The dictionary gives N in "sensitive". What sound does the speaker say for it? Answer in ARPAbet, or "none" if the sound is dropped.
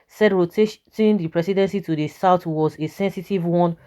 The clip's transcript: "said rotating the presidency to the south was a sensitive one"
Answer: N